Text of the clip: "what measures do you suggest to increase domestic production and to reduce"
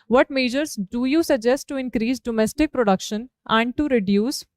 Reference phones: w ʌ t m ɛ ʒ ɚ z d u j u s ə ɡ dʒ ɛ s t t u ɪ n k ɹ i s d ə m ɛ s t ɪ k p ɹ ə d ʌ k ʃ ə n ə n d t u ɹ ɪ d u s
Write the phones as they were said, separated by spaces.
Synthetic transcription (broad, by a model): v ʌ t m ɛ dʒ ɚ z d u j u s ə ɡ dʒ ɛ s t t u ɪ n k ɹ i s d ə m ɛ s t ɪ k p ɹ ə d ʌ k ʃ ə n ə n d t u ɹ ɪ d u s